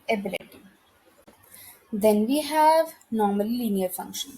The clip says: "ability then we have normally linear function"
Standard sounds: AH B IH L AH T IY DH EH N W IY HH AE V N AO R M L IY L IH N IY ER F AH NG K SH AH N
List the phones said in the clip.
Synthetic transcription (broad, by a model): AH B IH L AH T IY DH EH N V IY HH AE V N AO M IY L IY N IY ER F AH NG K SH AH N